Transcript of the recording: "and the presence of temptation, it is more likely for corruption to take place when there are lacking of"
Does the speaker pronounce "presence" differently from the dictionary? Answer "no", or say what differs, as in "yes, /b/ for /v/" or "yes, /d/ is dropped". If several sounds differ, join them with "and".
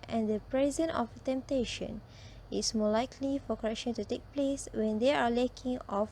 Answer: yes, /s/ is dropped